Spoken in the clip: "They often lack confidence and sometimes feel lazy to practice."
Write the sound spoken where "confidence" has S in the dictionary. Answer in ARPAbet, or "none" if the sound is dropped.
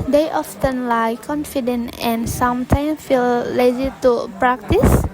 none